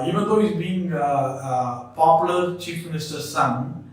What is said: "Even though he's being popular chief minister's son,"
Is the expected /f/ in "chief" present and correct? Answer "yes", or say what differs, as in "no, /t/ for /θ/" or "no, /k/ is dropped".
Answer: yes